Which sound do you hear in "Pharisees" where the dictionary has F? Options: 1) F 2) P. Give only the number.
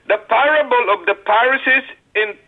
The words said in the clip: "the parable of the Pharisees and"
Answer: 2